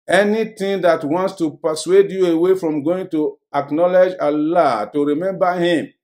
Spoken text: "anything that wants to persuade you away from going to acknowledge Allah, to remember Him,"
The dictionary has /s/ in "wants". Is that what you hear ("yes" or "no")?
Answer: yes